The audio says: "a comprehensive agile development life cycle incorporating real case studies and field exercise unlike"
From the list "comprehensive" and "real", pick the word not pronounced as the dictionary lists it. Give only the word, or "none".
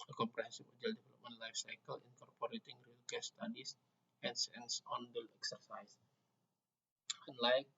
comprehensive